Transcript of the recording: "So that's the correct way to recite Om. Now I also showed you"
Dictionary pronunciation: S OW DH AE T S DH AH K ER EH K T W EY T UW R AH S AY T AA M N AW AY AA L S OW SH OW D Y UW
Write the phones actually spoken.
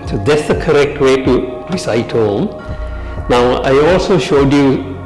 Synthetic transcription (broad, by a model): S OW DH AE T S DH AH K ER EH K T W EY T UW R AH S AY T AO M N AW AY AA L S OW SH OW D Y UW